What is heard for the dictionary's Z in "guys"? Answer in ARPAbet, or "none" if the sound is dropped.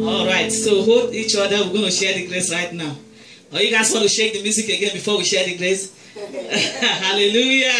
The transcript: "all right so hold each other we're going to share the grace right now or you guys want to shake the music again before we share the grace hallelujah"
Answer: S